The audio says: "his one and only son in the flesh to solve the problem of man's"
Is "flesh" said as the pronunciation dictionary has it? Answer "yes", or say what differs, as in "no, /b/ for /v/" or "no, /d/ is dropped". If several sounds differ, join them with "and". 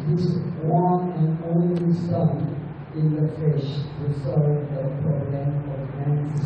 no, /l/ is dropped